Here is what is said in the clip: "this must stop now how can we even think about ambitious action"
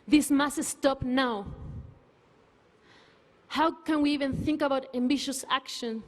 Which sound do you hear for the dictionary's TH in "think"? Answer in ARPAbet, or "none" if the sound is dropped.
TH